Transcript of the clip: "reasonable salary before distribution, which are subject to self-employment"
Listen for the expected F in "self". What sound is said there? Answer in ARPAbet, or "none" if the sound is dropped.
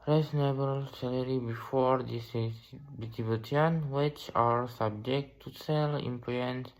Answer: none